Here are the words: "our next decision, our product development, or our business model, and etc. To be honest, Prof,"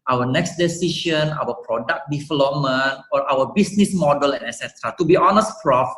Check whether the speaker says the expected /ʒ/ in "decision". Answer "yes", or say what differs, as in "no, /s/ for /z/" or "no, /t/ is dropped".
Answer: no, /ʃ/ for /ʒ/